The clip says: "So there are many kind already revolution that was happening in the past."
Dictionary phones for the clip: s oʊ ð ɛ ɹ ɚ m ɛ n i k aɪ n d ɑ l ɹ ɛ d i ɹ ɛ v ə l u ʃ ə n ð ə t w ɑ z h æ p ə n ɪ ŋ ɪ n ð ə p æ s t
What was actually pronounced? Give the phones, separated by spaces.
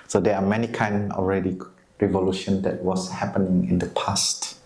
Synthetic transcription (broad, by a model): s oʊ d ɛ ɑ m ɛ n i k aɪ n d ɑ l ɹ ɛ d i ɹ ɛ v ə l u ʃ ə n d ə t w ɑ s h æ p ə n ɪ ŋ ɪ n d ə p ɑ s t